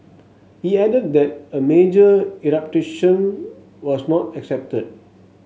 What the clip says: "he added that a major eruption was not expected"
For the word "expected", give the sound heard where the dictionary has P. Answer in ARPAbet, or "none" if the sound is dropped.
none